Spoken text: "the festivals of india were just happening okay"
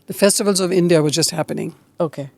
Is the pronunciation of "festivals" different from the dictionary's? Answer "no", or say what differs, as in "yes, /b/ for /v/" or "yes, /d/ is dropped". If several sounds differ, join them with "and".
no